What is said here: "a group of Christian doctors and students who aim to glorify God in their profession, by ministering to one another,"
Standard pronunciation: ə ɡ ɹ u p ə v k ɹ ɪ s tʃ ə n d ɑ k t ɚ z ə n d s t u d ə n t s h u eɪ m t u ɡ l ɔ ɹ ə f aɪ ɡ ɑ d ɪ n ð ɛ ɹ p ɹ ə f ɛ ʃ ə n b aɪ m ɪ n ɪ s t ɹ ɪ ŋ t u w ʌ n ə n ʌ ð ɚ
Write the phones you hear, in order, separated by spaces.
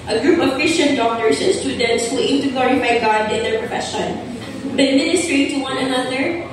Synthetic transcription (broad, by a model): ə ɡ ɹ u p ə v k ɹ ɪ s tʃ ə n d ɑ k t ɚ s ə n s t u d ə n t s h u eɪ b t u ɡ l ɔ ɹ ə f aɪ ɡ ɑ d ɪ n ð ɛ ɹ p ɹ ə f ɛ ʃ ə n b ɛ m ɪ n ɪ s t ɹ ɪ ŋ t u w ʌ n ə n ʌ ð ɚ